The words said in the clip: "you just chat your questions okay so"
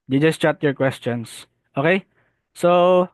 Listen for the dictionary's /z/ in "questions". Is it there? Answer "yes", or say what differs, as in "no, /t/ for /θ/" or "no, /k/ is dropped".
no, /s/ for /z/